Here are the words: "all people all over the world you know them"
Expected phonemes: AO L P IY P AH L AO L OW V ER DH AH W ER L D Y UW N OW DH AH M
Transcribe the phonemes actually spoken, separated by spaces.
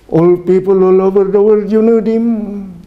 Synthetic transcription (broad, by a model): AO L P IY P AH L AO L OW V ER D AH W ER D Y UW N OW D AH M